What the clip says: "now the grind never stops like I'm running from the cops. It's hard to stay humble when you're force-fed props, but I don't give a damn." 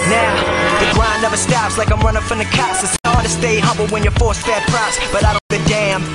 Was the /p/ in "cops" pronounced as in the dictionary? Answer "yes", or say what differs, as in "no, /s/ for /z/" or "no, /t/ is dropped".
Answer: no, /p/ is dropped